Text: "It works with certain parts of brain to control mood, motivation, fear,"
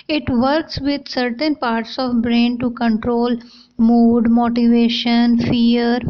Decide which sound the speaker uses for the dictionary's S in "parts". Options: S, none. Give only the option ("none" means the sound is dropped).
S